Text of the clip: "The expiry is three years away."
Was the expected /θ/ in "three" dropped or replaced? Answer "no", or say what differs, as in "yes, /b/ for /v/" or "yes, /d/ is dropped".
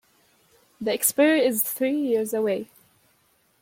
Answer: no